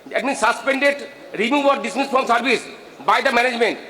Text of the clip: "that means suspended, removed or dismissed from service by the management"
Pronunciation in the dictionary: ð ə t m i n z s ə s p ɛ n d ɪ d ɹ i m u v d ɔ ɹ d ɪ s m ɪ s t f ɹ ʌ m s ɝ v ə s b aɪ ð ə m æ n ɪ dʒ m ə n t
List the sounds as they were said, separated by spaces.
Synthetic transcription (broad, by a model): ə t m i n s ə s p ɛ n d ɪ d ɹ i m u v ɔ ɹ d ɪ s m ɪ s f ɹ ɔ m s ɝ v ə s b aɪ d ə m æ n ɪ dʒ m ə n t